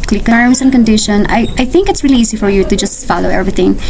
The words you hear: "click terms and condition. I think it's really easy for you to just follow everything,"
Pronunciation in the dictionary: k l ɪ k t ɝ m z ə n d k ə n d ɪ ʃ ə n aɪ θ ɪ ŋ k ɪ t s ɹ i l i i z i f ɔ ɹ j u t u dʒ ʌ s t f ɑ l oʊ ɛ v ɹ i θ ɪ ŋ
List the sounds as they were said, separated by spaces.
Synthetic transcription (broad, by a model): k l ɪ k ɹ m s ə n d k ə n d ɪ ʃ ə n aɪ θ ɪ ŋ k ɪ t s ɹ i l i i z i f ɔ ɹ j u t u dʒ ʌ s t f ɑ l oʊ ɛ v ɹ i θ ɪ ŋ